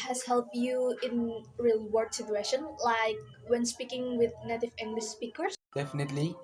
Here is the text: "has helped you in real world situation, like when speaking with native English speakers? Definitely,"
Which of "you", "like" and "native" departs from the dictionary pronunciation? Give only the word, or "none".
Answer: none